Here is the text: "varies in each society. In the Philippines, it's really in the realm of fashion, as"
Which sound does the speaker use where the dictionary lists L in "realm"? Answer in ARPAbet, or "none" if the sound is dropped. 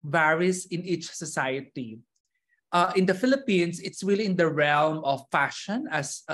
L